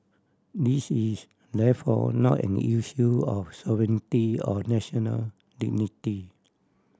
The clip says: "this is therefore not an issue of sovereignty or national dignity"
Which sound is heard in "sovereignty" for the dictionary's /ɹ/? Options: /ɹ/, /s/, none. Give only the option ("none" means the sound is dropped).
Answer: none